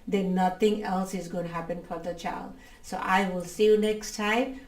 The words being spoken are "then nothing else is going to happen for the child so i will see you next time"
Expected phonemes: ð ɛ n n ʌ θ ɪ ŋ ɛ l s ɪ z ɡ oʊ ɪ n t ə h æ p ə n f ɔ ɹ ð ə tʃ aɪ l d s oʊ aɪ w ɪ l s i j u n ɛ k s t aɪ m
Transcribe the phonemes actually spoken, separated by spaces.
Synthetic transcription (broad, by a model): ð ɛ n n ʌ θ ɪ ŋ ɛ l s ɪ z ɡ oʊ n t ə h æ p ə n f ɔ ɹ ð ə tʃ aɪ l d s oʊ aɪ w ɪ l s i j u n ɛ k s t aɪ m